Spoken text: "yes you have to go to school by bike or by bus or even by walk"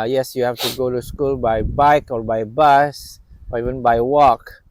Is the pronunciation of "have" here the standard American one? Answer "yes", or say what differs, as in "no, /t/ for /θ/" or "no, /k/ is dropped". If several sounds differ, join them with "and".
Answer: no, /f/ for /v/